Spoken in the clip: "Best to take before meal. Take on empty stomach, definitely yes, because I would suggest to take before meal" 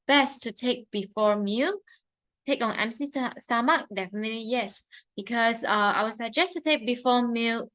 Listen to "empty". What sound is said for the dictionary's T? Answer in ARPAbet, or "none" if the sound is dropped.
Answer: S